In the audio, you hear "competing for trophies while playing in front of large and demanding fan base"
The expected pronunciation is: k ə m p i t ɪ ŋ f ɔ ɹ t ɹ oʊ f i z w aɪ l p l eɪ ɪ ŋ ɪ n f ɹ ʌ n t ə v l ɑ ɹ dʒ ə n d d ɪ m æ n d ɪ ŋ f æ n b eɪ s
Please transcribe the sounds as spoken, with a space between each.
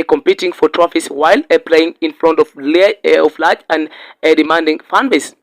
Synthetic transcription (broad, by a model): k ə m p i t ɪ ŋ f ɔ ɹ t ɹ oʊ f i s w aɪ l p l eɪ ɪ ŋ ɪ n f ɹ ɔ n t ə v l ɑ l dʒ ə n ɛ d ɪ m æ n d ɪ ŋ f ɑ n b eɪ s